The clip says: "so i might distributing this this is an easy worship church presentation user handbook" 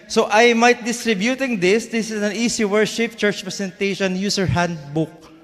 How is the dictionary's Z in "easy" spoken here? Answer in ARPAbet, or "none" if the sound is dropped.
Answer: S